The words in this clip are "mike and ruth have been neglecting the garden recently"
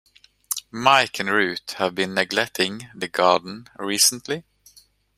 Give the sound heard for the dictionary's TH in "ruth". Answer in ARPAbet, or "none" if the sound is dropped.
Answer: T